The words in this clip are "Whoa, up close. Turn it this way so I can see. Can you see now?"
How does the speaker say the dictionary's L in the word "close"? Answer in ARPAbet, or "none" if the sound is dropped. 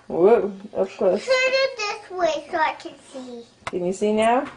none